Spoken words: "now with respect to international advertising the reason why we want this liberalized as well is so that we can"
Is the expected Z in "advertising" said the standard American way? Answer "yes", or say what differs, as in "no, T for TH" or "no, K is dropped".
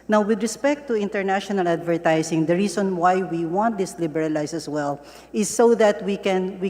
no, S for Z